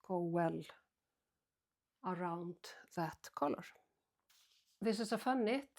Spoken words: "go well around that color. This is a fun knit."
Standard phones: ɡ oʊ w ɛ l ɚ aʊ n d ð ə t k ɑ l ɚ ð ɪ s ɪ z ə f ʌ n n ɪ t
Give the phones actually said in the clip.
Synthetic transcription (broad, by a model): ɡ oʊ w ɛ l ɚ aʊ n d ð ə t k ɑ l ɚ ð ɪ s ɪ s ə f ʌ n n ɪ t